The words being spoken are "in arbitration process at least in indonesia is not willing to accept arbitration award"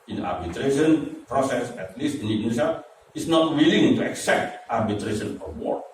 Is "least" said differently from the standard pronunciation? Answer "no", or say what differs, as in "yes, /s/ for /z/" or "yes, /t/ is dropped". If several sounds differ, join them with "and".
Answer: no